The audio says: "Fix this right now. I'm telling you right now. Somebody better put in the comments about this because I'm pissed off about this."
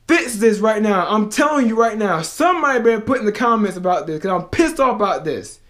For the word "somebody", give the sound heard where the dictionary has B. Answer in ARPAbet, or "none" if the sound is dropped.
none